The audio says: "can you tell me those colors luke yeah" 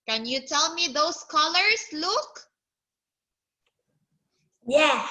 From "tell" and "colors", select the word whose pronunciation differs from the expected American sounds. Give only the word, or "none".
colors